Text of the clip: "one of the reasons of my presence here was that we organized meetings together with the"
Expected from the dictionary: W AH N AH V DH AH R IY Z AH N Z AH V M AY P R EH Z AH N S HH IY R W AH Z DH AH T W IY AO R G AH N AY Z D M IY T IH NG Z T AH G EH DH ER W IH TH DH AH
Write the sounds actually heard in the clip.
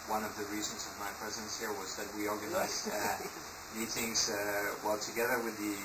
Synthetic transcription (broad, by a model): W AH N AH V DH AH R IY Z AH N Z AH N M AY P R EH Z AH N S HH IY R W AH Z DH AH T W IY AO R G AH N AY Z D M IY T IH NG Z T AH G EH DH ER W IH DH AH